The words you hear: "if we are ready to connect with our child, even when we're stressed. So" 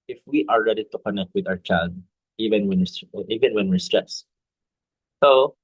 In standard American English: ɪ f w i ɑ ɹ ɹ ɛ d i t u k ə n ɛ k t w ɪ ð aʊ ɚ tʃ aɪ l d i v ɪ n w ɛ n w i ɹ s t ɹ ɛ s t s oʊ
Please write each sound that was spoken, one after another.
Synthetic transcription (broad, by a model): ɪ f w i ɑ ɹ ɹ ɛ d i t u k ə n ɛ k t w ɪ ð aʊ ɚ tʃ aɪ l d i v ɪ n w ɛ n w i w s t ɹ ɛ s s oʊ